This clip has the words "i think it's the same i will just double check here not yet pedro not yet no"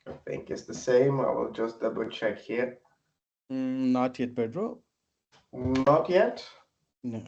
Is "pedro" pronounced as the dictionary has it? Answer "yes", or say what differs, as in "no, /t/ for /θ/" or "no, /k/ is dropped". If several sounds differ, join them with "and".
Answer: no, /b/ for /p/